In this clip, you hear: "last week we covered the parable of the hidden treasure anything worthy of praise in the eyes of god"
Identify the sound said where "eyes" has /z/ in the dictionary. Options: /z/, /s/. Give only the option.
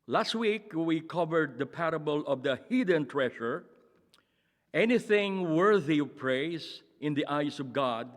/s/